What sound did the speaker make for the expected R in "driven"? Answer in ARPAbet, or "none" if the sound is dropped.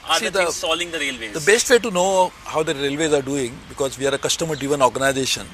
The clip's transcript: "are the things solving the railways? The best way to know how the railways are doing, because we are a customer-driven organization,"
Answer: none